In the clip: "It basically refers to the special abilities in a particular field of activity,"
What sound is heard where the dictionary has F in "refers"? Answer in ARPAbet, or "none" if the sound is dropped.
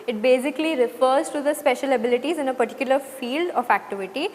F